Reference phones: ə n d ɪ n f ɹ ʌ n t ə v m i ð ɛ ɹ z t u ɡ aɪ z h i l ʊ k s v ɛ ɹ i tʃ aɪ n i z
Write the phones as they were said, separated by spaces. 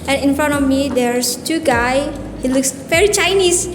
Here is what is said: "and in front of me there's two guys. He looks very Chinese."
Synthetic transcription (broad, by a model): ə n ɪ n f ɹ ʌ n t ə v m i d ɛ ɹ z t u ɡ aɪ h i l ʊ k s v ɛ ɹ i tʃ aɪ n i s